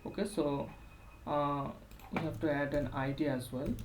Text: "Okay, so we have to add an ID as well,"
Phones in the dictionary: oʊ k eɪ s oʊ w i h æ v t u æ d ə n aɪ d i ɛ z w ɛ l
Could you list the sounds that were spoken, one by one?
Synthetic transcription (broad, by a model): oʊ k eɪ s oʊ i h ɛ b t u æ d ə n aɪ d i ɛ z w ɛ l